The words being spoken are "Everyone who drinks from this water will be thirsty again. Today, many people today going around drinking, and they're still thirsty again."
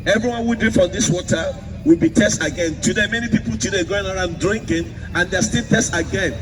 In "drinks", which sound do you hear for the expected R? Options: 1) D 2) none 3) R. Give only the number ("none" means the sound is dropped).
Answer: 2